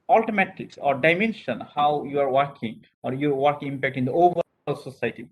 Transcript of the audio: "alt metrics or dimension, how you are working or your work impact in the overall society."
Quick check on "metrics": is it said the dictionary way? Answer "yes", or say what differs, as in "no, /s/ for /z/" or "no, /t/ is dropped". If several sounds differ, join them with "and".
no, /ɹ/ is dropped